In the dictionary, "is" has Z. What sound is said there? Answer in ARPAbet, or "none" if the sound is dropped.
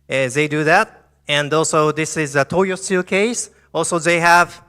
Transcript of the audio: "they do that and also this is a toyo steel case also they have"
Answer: Z